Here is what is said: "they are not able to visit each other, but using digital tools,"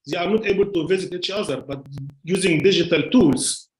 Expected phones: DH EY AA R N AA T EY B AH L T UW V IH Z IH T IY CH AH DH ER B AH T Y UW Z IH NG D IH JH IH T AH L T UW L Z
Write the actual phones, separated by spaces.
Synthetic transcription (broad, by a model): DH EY AA R N AA T EY B AH L T UW V IH Z IH T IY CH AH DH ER B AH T Y UW Z IH NG D IH JH IH T AH L T UW L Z